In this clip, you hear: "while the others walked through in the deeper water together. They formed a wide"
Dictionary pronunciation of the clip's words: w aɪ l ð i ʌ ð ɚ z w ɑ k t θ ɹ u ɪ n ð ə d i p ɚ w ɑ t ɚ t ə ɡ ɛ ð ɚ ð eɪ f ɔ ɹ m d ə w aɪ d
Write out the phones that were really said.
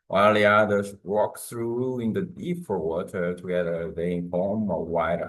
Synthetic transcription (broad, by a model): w aɪ l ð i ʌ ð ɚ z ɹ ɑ k θ ɹ u ɪ n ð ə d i f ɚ w ɑ t ɚ t ə ɡ ɛ ð ɚ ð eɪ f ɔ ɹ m ə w aɪ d